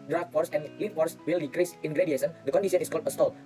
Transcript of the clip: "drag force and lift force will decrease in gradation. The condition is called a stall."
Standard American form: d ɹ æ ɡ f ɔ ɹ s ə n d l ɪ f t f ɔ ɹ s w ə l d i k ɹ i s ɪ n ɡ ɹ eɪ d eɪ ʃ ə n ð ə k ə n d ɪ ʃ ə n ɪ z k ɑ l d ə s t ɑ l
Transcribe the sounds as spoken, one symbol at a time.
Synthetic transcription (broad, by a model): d ɹ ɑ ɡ f ɔ ɹ s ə n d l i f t f ɔ ɹ s w ə l d i k ɹ i s ɪ n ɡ ɹ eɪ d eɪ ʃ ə n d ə k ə n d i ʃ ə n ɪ s k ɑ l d ə s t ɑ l